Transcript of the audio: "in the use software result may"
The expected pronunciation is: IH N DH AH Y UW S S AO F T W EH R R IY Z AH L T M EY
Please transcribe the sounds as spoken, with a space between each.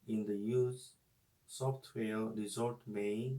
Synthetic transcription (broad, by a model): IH N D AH Y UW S S AO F T W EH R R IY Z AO T M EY